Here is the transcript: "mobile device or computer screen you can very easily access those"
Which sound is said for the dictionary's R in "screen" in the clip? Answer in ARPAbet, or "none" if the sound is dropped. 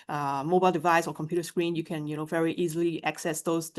R